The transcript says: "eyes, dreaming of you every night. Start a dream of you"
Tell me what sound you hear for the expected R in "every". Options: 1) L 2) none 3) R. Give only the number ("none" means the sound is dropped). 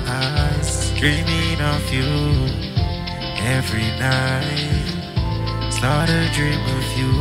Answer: 3